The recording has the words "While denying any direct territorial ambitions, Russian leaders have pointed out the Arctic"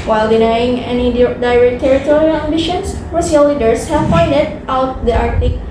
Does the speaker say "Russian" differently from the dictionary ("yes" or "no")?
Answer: yes